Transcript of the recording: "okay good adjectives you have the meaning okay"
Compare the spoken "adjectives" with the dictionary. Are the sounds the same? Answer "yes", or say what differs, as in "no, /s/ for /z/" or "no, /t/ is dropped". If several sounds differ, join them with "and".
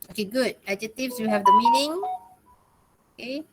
no, /k/ is dropped